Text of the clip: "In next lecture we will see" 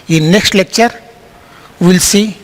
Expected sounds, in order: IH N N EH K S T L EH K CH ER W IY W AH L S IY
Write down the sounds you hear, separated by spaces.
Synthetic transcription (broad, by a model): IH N N EH K S T L EH K CH ER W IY L S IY